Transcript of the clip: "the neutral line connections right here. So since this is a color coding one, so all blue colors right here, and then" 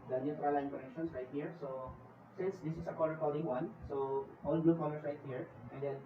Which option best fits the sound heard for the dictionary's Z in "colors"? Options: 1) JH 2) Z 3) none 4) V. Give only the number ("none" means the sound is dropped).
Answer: 3